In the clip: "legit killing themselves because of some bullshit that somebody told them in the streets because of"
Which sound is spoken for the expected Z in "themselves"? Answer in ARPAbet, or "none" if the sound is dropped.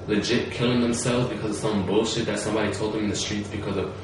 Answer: Z